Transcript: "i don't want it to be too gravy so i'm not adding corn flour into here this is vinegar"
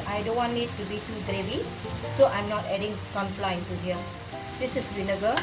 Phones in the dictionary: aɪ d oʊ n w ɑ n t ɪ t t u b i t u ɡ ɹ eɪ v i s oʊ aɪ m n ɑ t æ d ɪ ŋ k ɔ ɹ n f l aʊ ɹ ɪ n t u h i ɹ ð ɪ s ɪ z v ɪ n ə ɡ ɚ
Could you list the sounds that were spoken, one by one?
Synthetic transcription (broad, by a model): aɪ d oʊ n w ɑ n ɪ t t u b i t u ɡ ɹ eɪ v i s oʊ aɪ m n ɑ t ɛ d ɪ ŋ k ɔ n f l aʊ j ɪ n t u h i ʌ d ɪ s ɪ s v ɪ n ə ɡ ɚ